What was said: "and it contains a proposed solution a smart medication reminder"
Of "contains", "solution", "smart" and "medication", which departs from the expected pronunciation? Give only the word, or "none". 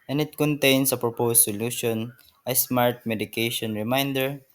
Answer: contains